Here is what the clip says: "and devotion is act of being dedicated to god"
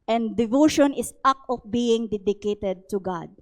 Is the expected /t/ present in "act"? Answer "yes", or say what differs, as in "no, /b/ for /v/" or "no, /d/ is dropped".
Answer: no, /t/ is dropped